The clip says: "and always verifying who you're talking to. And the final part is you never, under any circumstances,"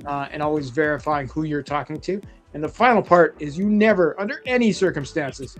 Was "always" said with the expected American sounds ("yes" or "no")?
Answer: yes